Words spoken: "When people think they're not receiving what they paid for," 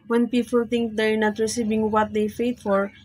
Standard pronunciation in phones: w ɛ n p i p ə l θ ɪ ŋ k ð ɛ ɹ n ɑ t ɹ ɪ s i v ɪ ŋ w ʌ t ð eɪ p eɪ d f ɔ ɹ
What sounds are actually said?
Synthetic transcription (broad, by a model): w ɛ n p i p ə l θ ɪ ŋ k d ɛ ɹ n ɑ t ɹ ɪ s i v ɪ ŋ w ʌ t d eɪ f eɪ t f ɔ ɹ